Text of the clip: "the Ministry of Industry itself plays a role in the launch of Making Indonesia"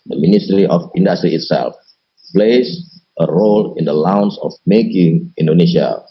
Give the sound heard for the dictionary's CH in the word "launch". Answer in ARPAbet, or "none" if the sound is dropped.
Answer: S